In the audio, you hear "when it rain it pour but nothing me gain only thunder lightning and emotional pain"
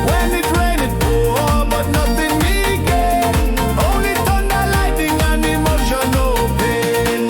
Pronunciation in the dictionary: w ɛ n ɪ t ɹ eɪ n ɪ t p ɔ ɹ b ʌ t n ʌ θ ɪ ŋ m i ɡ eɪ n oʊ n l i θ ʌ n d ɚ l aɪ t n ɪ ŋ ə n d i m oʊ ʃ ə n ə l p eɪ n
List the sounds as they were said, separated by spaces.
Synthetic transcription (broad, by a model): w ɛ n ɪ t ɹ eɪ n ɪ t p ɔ b ʌ t n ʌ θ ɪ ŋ m i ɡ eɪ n oʊ n l i t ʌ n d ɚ l aɪ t ɪ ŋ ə n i m oʊ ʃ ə n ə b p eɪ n